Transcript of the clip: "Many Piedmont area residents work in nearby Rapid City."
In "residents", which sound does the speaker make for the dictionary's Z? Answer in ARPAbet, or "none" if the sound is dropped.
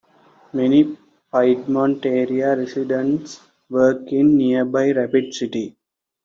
S